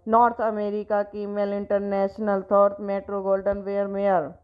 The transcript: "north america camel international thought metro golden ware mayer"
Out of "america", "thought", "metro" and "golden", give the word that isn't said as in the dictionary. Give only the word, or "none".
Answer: thought